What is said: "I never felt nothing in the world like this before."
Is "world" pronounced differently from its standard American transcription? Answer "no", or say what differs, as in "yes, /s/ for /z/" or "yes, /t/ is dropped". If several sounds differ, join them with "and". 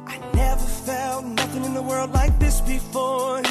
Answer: no